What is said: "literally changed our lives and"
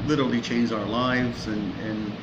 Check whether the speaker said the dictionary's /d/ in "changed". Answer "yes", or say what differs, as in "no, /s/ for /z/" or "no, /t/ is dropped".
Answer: no, /d/ is dropped